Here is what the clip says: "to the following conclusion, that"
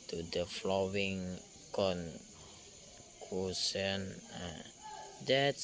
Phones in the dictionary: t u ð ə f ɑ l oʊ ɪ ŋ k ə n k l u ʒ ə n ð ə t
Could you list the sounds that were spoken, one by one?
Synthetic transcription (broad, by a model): t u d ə f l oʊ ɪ ŋ k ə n k u s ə n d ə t